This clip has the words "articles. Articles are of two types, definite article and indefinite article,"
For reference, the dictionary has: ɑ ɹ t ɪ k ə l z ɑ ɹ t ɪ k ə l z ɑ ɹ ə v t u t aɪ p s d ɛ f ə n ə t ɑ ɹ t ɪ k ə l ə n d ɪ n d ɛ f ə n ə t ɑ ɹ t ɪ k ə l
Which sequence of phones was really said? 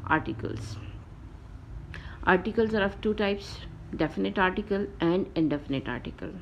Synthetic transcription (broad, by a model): ɑ ɹ t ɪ k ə l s ɑ ɹ t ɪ k ə l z ɑ ɹ ə v t u t aɪ p s d ɛ f ə n ə t ɑ ɹ t ɪ k ə l ə n d ɪ n d ɛ f ə n ə t ɑ ɹ t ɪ k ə l